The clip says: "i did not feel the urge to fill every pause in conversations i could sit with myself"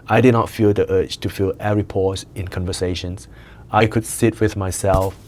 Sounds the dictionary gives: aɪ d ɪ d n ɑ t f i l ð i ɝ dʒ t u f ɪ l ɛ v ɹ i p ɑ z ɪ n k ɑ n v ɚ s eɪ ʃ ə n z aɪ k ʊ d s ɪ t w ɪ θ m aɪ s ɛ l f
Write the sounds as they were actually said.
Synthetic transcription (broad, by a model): aɪ d ɪ d n ɑ t f i l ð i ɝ tʃ t u f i l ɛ ɹ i p ɑ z ɪ n k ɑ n v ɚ s eɪ ʃ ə n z aɪ k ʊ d s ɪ t w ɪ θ m aɪ s ɛ l f